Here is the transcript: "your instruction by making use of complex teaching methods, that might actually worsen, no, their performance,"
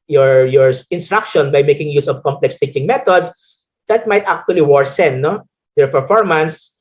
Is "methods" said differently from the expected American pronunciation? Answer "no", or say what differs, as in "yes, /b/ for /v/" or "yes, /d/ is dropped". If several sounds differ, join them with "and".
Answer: yes, /t/ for /θ/